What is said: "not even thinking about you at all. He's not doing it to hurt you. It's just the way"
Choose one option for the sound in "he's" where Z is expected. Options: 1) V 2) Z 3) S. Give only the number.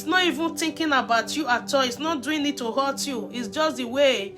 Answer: 3